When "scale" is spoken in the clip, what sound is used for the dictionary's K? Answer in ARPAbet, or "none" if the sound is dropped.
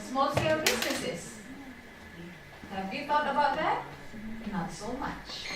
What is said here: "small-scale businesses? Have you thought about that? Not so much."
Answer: none